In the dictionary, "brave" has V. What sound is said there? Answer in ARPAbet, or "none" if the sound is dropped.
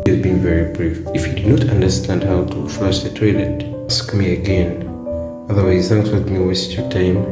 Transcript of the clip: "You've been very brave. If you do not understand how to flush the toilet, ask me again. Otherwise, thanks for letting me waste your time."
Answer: F